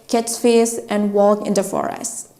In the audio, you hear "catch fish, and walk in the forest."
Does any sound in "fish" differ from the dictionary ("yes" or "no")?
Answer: yes